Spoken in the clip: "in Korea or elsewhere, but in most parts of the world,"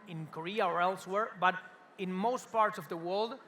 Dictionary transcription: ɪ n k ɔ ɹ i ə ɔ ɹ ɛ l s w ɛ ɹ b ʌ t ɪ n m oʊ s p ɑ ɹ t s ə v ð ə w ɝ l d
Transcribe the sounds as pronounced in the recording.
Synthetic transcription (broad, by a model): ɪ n k ɔ ɹ i ə ɔ ɹ ɛ l s w ɛ ɹ b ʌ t ɪ n m oʊ s p ɑ ɹ t s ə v ð ə w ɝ l d